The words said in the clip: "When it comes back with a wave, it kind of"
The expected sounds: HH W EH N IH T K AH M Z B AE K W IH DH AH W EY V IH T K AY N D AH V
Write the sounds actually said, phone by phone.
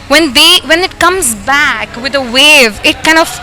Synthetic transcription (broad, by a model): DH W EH N IH T K AH M Z B AE K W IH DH AH W EY V IH T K AY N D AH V